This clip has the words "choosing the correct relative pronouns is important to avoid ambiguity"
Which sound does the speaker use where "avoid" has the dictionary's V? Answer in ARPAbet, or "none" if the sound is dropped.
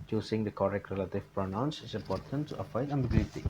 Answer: F